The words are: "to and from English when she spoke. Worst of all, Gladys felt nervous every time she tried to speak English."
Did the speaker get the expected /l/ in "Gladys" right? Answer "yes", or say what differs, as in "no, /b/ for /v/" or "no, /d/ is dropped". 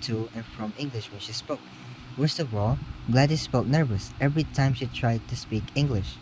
yes